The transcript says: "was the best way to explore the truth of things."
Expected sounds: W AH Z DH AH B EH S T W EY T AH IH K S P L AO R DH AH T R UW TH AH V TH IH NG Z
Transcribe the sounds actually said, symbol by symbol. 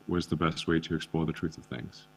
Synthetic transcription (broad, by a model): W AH Z DH AH B EH S T W EY T AH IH K S P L AO DH AH T R UW TH AH V TH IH NG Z